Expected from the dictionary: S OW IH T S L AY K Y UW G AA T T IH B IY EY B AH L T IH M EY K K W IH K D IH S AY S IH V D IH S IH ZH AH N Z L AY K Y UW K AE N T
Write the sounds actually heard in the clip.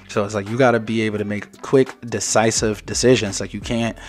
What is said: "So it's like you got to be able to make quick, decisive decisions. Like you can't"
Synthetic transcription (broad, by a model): S OW IH T S L AY K Y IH G AA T T IH B IY EY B L T IH M EY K K W IH K D IH S AY S IH V D IH S IH ZH AH N Z L AY K Y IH K AE N T